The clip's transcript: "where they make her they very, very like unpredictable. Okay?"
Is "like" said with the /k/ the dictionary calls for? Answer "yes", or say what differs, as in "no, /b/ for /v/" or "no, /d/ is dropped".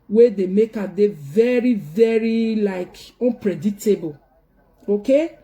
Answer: yes